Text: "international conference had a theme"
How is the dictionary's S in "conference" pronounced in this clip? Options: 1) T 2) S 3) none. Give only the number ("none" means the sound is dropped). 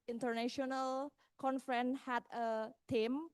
3